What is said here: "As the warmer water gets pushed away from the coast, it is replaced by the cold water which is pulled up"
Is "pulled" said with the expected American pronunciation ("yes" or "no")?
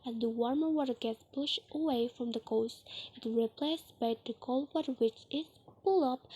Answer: no